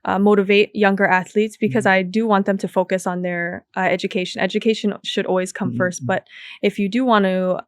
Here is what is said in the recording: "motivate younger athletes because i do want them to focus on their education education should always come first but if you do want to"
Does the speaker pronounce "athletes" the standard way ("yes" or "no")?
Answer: yes